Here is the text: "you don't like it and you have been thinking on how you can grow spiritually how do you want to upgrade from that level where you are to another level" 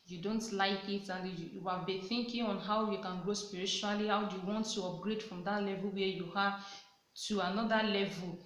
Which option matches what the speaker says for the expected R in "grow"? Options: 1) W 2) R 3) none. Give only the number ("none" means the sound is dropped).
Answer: 2